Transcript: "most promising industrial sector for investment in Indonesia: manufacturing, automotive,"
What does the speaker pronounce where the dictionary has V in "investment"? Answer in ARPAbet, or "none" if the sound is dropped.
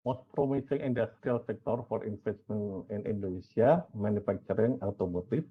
F